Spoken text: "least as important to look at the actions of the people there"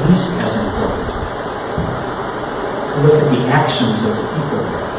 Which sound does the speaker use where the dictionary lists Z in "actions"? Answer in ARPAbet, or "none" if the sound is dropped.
Z